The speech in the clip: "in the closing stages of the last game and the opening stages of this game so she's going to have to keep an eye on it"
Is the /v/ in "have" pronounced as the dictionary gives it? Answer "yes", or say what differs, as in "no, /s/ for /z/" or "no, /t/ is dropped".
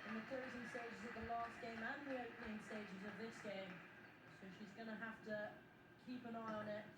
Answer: no, /f/ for /v/